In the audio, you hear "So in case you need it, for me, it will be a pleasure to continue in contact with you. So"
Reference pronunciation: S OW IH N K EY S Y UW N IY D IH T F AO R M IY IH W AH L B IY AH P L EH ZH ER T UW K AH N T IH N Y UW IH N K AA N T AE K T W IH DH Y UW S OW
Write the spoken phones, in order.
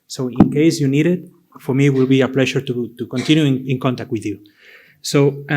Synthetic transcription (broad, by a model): S OW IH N K EY S Y UW N IY D IH T F AO R M IY W AH L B IY AH P L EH SH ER T UW K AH N T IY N Y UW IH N K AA N T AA K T W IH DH Y UW S OW